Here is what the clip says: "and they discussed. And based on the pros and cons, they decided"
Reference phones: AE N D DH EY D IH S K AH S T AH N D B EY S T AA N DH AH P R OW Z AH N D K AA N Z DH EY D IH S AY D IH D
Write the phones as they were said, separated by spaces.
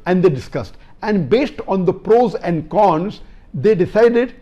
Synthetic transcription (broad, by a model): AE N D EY D IH S K AH S T AH N D B EY S T AA N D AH P R OW Z AH N D K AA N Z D EY D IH S AY D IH D